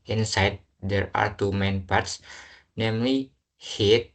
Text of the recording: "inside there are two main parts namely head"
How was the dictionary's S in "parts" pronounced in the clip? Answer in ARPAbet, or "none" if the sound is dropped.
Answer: S